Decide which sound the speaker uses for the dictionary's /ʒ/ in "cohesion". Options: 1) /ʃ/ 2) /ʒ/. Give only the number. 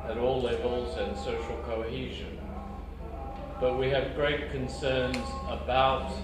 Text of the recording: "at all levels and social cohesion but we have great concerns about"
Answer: 2